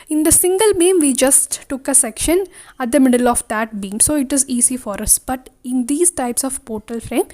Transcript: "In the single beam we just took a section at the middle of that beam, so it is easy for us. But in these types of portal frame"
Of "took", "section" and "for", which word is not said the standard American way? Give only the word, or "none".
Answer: none